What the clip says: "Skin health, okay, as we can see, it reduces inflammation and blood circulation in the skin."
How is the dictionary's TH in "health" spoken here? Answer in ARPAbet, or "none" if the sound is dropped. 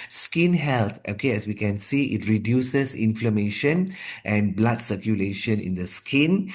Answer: T